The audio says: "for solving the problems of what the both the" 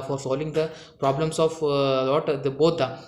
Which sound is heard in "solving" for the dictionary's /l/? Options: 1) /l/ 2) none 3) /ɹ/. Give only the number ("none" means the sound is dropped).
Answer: 1